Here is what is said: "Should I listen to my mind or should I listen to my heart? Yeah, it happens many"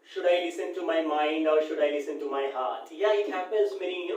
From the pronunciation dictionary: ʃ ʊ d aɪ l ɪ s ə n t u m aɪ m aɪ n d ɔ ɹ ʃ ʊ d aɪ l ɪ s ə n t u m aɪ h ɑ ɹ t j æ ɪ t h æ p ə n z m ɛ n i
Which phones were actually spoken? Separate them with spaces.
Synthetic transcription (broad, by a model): ʃ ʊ d aɪ l ɪ s ə n t u m aɪ m aɪ n d ɔ ɹ ʃ ʊ d aɪ l ɪ s ə n t u m aɪ h ɑ ɹ t j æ ɪ t h æ p ə n z m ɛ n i